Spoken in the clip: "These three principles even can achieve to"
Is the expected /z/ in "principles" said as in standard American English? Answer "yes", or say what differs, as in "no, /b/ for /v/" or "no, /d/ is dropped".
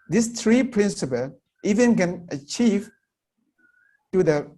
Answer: no, /z/ is dropped